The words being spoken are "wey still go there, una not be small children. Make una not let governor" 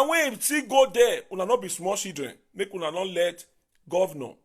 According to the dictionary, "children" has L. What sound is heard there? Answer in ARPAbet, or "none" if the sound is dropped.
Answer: none